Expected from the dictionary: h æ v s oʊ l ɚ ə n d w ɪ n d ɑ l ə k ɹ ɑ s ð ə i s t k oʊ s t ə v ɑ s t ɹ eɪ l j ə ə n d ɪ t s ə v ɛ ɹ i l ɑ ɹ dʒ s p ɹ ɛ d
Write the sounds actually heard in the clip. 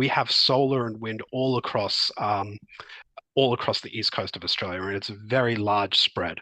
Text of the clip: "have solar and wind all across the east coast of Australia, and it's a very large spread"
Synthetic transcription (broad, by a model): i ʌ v s oʊ l ɚ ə n w ɪ n d ɑ l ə k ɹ ɑ s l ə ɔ s t k oʊ s t ə v ɑ s t ɹ eɪ l j ə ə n ɪ t s ə v ɛ ɹ i l ɑ ɹ dʒ s p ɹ ɛ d